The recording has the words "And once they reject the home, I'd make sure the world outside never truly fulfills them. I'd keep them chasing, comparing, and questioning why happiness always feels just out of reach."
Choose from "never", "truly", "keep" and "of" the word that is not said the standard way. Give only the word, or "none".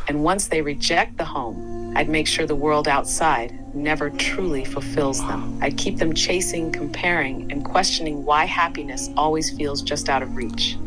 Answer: none